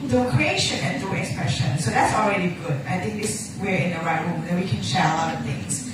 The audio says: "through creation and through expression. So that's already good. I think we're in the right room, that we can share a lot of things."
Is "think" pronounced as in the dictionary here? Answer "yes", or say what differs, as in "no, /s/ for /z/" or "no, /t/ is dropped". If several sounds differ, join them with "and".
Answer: no, /t/ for /θ/